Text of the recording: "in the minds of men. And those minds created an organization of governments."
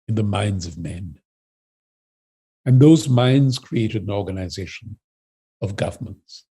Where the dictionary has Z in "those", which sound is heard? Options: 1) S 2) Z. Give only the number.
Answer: 2